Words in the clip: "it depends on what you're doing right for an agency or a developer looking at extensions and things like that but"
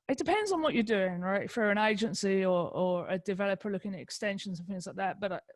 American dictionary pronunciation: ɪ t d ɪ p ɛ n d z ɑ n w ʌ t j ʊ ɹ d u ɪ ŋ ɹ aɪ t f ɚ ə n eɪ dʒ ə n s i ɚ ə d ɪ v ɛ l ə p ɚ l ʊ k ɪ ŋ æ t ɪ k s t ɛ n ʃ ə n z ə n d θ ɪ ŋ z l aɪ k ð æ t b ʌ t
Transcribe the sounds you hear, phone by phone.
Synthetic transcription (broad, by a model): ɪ t d ɪ p ɛ n d z n w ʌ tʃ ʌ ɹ d u ɪ ŋ ɹ aɪ t f ɚ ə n eɪ dʒ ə n s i ɚ ə d ɪ v ɛ l ə p ɚ l ʊ k ɪ ŋ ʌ t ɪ k s t ɛ n ʃ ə n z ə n θ ɪ ŋ z l aɪ k ð æ t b ʌ t